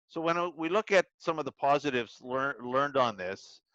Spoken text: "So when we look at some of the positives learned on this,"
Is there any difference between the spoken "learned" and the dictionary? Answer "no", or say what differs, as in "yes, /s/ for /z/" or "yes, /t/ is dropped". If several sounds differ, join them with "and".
yes, /l/ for /n/